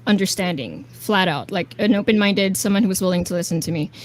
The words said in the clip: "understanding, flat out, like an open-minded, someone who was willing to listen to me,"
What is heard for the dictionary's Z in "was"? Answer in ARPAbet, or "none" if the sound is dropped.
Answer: Z